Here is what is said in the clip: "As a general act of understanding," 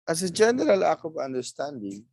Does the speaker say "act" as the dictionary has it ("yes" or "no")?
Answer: no